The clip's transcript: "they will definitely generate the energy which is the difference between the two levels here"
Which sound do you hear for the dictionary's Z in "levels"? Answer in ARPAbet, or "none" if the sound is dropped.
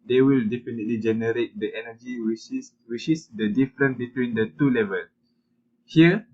none